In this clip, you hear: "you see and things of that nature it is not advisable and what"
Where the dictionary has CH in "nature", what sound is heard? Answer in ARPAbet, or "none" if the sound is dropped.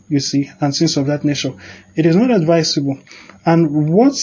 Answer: SH